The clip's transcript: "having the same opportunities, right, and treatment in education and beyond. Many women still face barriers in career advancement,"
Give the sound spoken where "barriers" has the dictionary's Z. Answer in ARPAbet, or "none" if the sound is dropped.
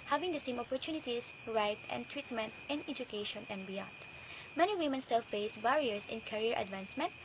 S